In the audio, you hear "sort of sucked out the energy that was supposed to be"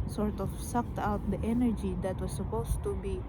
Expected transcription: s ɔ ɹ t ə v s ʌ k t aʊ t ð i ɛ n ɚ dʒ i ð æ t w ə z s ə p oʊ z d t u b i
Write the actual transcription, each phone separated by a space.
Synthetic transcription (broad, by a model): s ɔ ɹ t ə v s ʌ k t aʊ t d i ɛ n ɚ dʒ i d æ t w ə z s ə p oʊ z t u b i